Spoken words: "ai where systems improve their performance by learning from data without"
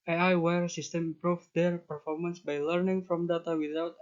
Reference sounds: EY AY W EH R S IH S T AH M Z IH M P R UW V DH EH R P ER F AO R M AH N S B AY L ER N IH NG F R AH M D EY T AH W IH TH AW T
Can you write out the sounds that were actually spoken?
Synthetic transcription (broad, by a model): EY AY W EH R S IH S T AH M IH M P R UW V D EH R P ER F AO R M AH N S B AY L ER N IH NG F R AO M D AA T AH W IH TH AW T